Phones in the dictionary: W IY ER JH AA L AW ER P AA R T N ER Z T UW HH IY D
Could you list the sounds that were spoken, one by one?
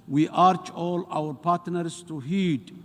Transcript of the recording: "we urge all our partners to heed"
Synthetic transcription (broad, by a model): W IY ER CH AA L AW ER P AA R T N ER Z T UW HH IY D